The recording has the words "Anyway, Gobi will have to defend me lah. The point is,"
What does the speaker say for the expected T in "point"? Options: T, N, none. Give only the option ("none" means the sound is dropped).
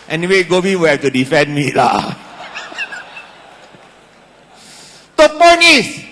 none